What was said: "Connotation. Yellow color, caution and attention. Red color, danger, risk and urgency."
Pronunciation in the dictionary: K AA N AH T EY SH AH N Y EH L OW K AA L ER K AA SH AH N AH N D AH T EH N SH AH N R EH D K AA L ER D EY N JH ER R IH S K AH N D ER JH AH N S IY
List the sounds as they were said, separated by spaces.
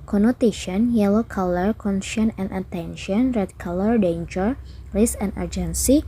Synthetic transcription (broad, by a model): K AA N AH T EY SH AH N Y EH L OW K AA L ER K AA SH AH N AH N AH T EH N SH AH N R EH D K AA L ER D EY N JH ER L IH S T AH N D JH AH N S IY